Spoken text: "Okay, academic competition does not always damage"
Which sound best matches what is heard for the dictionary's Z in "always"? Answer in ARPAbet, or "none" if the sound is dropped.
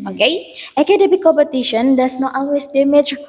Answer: S